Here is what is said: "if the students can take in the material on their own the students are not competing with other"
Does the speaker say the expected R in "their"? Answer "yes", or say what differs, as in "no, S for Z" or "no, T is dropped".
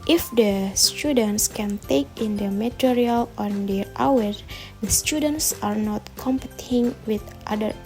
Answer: no, W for R